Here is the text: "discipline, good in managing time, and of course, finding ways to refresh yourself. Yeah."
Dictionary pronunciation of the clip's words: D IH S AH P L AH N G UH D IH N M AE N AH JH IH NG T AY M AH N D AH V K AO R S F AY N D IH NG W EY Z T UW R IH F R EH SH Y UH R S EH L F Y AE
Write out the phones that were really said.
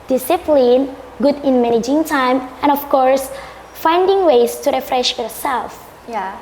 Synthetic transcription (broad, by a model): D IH S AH P L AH N G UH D IH N M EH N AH JH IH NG T AY M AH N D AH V K AO R S F AY N D IH NG W EY S T UW R IH F R EH SH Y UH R S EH L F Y